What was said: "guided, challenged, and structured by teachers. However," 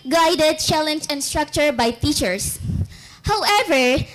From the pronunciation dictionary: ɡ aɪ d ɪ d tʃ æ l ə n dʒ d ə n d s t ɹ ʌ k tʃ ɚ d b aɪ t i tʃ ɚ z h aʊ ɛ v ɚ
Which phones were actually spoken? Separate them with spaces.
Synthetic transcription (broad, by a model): ɡ aɪ d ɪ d tʃ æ l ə n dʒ ə n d s t ɹ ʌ k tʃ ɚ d b aɪ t i tʃ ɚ s h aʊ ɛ v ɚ